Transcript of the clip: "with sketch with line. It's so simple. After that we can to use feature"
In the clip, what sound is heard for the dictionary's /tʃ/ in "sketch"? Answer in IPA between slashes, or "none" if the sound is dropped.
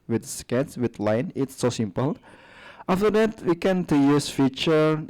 /s/